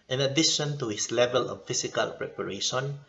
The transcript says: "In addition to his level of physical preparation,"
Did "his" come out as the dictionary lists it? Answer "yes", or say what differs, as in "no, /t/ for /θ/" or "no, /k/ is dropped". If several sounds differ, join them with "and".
no, /s/ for /z/